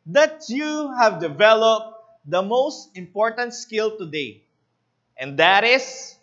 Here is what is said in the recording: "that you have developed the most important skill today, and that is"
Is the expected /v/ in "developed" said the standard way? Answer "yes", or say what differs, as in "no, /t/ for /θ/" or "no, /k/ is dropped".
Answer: yes